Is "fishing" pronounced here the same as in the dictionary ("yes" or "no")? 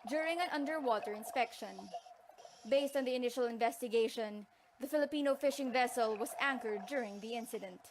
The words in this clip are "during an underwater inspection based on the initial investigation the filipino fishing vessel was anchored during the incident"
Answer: yes